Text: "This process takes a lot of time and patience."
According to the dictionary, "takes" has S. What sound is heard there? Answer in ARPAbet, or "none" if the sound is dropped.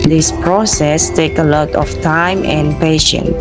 none